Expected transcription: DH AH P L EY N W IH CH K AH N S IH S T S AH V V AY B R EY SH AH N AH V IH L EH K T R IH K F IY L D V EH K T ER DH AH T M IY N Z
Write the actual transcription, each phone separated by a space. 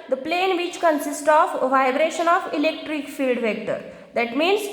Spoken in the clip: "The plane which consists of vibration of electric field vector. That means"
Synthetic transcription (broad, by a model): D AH P L EY N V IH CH K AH N S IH S T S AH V V AY B R EY SH AH N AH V IH L EH K T R IH K F IY L D V EH K T ER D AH T M IY N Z